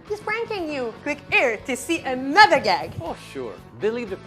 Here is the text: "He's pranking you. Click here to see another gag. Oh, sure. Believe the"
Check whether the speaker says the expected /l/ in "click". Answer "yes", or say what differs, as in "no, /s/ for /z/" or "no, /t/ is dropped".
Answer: no, /w/ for /l/